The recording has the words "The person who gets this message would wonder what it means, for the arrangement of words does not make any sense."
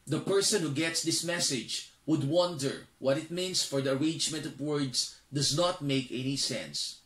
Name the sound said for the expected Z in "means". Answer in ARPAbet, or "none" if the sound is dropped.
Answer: S